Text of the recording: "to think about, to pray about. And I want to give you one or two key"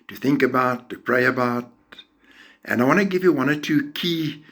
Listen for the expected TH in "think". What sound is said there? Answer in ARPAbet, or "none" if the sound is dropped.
TH